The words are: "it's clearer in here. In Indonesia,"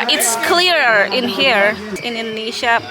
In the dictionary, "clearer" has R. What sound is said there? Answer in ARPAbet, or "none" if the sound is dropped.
R